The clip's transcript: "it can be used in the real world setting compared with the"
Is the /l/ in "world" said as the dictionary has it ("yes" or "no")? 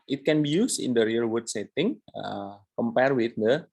no